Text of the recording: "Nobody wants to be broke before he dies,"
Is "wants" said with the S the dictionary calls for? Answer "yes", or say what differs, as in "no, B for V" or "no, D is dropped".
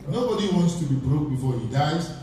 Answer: yes